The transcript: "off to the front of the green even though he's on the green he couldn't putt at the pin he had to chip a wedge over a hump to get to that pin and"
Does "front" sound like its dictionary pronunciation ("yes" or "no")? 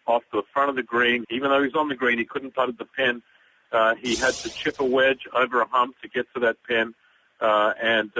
no